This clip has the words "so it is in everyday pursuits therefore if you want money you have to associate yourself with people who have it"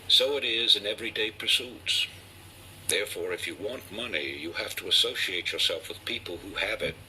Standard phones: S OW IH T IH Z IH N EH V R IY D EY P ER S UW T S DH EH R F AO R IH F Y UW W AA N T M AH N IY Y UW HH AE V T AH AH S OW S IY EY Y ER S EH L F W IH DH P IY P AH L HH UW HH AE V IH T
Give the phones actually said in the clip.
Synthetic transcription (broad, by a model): S OW IH T IH Z IH N EH V R IY D EY P ER S UW T S DH EH R F AO R IH F Y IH W AA N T M AH N IY Y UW HH AE F T AH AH S OW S IY EY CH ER S EH L F W IH DH P IY P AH L HH UW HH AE V IH T